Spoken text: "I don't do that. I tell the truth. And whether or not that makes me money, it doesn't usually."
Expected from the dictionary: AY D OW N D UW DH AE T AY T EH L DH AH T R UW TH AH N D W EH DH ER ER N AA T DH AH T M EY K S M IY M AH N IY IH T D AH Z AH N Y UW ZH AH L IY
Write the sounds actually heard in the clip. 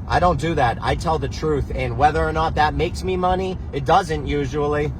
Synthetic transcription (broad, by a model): AY D OW N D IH DH AE T AY T EH L DH AH T R UW TH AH N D W EH DH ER ER N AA T DH AH T M EY K S M IY M AH N IY IH T D AH Z AH N Y UW ZH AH L IY